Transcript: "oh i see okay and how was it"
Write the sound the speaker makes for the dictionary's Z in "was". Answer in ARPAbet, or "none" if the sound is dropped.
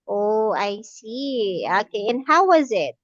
Z